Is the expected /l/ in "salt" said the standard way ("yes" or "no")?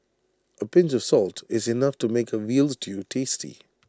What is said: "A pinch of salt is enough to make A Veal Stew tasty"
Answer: yes